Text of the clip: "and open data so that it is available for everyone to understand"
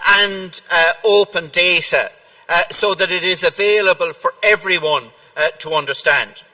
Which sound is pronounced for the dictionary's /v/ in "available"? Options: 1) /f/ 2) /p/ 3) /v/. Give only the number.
3